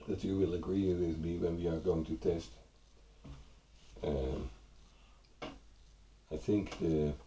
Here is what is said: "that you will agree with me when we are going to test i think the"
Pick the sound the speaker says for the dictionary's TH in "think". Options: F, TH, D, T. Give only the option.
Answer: TH